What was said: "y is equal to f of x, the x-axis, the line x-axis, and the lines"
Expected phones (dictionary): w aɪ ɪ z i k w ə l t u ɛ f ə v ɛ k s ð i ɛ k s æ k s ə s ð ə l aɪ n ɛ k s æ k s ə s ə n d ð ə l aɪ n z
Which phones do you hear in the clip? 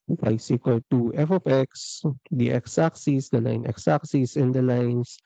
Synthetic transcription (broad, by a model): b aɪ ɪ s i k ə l t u ɛ f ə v ɛ k s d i ɛ k s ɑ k s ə s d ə l aɪ n ɛ k s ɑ k s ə s ə n d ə l aɪ n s